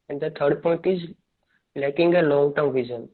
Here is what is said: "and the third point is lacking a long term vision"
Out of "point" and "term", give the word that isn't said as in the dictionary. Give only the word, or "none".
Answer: none